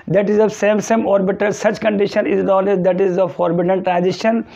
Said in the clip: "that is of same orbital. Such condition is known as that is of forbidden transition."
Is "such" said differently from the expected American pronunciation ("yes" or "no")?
no